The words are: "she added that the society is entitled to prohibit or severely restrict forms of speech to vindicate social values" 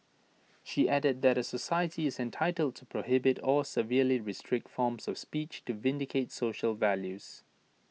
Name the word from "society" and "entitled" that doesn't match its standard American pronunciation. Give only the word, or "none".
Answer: none